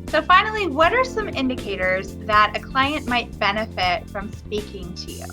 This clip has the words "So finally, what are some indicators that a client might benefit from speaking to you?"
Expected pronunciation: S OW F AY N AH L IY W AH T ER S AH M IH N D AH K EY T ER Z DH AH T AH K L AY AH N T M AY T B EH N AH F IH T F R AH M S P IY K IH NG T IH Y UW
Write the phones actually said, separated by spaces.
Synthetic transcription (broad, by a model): S OW F AY N L IY W AH T ER S AH M IH N D AH K EY T ER Z DH AH T AH K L AY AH N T M AY T B EH N AH F IH T F R AH M S P IY K IH NG T IH Y UW